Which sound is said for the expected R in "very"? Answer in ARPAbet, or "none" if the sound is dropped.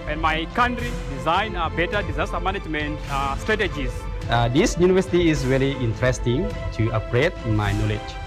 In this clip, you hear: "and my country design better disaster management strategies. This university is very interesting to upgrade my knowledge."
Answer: L